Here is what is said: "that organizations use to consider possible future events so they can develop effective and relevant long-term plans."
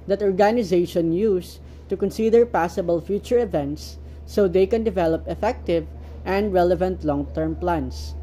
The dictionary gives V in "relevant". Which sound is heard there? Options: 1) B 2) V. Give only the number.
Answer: 2